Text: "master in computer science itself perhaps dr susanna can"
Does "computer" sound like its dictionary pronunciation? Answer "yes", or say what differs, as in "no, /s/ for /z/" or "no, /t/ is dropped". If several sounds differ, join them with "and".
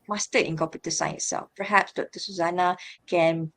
no, /m/ is dropped